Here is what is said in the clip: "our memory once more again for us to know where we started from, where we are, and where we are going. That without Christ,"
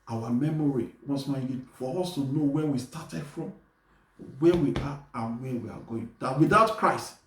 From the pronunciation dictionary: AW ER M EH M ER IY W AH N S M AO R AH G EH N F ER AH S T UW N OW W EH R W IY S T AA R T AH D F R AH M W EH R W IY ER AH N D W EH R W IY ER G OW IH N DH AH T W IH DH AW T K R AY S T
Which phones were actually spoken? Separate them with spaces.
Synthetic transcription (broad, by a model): AW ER M EH M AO IY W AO S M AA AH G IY F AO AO S T UW N OW W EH W IY S T AA T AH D F R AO M W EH W IY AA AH N W EH W IY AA G OW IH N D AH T W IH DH AW T K R AY S T